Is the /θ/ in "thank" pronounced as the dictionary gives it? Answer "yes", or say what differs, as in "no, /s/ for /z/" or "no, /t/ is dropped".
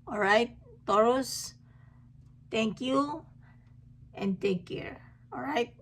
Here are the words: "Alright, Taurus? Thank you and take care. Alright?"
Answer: no, /t/ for /θ/